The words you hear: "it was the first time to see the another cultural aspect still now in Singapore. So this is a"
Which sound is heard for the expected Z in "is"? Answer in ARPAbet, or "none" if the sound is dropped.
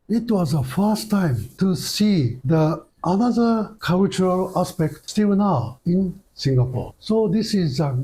Z